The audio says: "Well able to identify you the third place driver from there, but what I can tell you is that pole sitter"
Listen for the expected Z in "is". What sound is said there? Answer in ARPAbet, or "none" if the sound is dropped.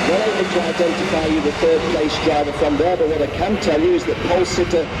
Z